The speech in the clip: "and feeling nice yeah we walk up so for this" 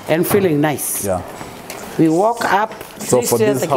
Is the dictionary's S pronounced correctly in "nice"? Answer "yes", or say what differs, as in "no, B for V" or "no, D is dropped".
yes